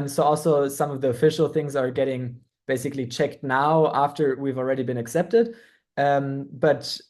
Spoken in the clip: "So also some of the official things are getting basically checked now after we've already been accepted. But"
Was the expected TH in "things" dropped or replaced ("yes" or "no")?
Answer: no